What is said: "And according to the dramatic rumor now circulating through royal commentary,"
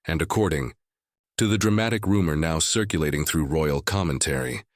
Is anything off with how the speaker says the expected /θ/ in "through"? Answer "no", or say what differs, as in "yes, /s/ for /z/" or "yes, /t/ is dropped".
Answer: no